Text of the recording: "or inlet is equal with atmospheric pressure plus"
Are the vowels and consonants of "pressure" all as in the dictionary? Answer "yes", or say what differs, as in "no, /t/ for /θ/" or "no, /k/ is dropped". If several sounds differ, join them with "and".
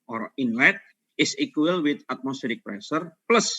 no, /s/ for /ʃ/